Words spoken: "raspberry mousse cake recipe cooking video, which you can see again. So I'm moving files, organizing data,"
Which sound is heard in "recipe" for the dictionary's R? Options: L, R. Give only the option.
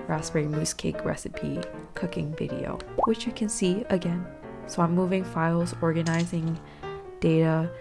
R